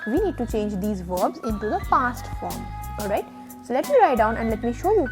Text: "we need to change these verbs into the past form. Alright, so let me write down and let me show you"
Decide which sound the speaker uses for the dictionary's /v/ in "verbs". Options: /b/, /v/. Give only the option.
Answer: /v/